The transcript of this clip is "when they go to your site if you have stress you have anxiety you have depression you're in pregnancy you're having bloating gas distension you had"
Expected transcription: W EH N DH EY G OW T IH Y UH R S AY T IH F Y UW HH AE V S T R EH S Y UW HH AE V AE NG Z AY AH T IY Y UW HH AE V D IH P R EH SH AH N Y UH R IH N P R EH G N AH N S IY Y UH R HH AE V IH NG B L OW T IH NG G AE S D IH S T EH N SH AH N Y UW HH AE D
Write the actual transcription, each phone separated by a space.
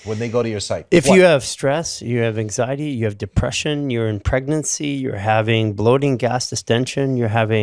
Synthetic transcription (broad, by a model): W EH N DH EY G OW T IH Y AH R S AY T IH F Y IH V S T R EH S Y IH V AE NG Z AY AH T IY Y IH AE V D IH P R EH SH AH N Y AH R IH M P R EH G N AH N S IY Y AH R HH AE V IH NG B L OW T IH NG G AE S D IH S T EH N SH AH N Y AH HH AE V